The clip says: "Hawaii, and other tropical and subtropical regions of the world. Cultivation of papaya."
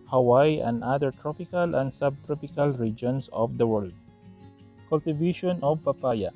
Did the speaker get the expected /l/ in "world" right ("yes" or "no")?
yes